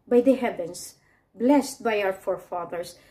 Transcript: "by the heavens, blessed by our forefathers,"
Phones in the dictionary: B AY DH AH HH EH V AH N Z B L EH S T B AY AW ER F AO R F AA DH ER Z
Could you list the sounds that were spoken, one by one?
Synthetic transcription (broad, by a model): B AY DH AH HH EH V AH N S B L EH S T B AY AW ER F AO R F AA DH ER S